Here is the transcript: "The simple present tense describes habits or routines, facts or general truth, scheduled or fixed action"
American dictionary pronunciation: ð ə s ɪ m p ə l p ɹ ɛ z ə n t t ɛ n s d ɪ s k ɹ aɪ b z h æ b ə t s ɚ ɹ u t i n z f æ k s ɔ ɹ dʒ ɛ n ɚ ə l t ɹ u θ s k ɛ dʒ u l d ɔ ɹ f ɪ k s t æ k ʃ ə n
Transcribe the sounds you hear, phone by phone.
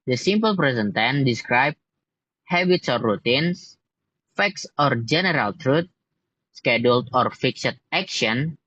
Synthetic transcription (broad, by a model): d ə s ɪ m p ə l p ɹ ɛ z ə n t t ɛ n d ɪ s k ɹ aɪ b h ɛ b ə t s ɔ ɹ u t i n s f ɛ k s ɔ ɹ dʒ ɛ n ɚ ə l t ɹ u t s k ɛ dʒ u l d ɔ ɹ f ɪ k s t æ k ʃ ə n